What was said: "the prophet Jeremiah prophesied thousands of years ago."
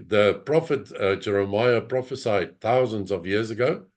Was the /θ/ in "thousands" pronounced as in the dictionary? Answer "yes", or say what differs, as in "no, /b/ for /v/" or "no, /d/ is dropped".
yes